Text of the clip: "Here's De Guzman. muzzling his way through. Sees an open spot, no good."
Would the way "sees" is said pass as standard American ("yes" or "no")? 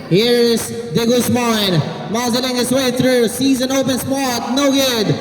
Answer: yes